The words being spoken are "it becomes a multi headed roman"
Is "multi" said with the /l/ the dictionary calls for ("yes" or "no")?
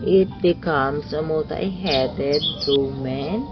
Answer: no